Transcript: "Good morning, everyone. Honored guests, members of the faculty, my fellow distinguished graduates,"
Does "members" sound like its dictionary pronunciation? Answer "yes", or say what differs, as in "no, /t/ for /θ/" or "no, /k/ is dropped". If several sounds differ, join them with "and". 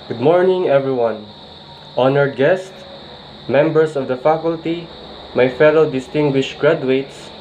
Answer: no, /s/ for /z/